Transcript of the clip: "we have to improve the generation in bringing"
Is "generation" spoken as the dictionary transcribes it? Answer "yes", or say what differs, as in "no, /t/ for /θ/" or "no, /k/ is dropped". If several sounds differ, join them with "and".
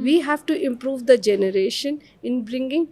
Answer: yes